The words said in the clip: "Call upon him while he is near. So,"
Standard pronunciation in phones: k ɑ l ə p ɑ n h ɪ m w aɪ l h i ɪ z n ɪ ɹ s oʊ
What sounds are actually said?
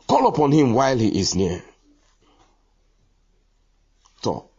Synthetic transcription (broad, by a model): k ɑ l ə p ɑ n h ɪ m w aɪ l h i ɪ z n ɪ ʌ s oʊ